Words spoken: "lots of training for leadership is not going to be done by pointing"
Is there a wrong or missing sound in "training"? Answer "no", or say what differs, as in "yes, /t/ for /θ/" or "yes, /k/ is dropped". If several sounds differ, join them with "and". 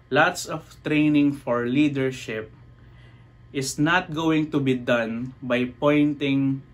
no